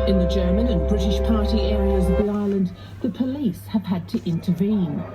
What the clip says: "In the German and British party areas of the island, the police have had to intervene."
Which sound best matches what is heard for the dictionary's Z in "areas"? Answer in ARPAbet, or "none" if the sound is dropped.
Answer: Z